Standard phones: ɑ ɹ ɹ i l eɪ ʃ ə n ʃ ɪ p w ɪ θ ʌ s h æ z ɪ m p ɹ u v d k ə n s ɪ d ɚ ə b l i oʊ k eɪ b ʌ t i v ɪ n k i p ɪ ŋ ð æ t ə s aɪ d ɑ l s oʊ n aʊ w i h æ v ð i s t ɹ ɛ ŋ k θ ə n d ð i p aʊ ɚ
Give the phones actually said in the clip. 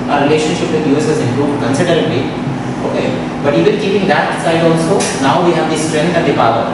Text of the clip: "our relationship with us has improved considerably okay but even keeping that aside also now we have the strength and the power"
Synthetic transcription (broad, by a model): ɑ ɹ ɹ i l eɪ ʃ ə n ʃ ɪ p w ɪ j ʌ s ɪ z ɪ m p ɹ u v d k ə n s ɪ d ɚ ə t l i oʊ k eɪ b ʌ t i v ɪ n k i p ɪ ŋ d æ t ə s aɪ d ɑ n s oʊ n aʊ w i h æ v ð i s t ɹ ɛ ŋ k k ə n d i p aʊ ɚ